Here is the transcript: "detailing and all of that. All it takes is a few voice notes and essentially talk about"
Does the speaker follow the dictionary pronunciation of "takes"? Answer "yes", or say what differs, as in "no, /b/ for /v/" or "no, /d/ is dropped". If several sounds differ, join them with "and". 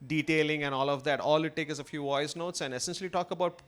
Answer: no, /s/ is dropped